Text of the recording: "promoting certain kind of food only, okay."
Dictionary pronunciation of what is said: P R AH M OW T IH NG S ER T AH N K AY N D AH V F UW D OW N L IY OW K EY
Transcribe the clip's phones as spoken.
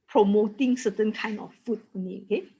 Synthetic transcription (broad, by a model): P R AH M OW T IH NG S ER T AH N K AY N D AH F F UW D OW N IY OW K EY